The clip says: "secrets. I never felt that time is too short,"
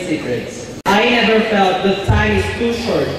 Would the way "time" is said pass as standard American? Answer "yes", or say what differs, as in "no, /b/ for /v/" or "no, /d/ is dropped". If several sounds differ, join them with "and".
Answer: no, /s/ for /t/